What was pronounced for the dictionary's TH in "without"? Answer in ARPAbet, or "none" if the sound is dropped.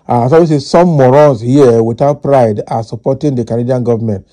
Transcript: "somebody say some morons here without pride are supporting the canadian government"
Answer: T